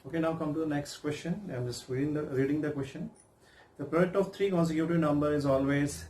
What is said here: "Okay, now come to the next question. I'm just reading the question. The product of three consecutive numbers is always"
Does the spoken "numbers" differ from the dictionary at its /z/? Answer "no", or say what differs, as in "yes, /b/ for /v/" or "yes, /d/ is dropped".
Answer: yes, /z/ is dropped